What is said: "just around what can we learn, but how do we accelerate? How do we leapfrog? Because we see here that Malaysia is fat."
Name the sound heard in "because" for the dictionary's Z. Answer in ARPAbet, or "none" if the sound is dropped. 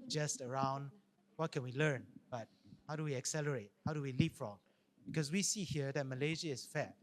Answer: S